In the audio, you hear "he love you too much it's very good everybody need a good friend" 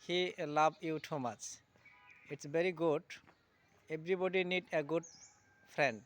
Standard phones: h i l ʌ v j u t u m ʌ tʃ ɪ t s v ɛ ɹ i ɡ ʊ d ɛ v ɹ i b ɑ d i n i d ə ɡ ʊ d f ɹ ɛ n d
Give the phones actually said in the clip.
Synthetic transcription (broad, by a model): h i l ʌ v j u t u m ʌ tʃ ɪ t s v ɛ ɹ i ɡ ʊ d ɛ b ɹ i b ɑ d i n i d ə ɡ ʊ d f ɹ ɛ n d